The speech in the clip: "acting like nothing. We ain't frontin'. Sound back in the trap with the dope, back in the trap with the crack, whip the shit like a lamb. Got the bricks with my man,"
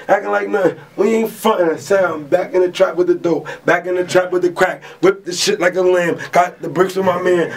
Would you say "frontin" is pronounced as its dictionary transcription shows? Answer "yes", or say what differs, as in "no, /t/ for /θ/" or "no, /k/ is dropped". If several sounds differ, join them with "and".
no, /ɹ/ is dropped